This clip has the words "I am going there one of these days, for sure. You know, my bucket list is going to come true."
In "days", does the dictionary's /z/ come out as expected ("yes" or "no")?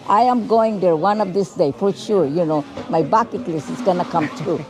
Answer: no